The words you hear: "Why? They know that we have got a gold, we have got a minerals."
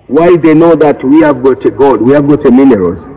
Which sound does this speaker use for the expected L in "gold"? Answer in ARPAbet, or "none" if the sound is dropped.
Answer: none